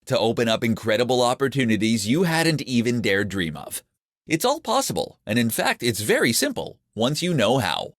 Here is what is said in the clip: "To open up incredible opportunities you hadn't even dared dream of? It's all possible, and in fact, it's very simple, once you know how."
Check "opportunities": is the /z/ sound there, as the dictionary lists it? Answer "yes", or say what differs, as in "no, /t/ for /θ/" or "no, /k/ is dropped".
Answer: yes